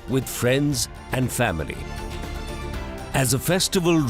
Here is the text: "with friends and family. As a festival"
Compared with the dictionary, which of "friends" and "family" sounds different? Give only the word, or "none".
none